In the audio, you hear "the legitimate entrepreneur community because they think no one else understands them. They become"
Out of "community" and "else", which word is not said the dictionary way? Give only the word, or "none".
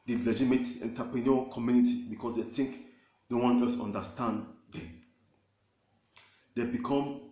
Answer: else